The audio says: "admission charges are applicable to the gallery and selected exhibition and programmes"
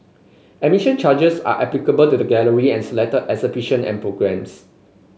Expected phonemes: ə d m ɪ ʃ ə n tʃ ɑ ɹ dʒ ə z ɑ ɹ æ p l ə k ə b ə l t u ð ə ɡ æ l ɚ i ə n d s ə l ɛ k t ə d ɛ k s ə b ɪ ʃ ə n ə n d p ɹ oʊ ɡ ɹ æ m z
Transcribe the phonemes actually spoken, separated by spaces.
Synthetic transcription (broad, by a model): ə m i ʃ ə n tʃ ɑ dʒ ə s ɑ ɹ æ p l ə k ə b ə l t u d ə ɡ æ l ɚ i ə n s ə l ɛ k t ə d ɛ s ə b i ʃ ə n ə n p ɹ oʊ ɡ ɹ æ m s